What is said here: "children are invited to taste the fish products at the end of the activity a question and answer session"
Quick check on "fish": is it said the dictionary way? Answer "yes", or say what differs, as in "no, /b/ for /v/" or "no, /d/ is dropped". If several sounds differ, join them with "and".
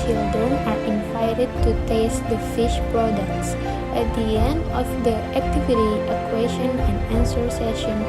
yes